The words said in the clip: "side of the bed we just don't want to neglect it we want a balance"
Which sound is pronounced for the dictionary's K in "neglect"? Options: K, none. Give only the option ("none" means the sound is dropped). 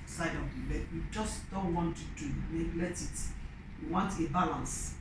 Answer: none